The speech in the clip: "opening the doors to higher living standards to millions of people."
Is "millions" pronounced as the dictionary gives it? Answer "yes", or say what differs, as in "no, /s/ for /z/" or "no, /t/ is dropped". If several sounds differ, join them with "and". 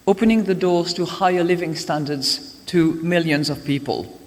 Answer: yes